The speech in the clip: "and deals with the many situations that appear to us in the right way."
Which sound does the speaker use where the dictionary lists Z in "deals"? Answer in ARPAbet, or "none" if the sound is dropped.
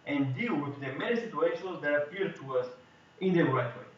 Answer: none